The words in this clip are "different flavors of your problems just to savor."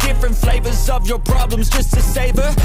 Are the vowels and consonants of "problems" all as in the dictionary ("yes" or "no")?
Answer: yes